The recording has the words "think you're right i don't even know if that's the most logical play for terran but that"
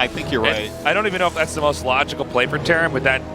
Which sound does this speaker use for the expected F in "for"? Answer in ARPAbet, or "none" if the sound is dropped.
P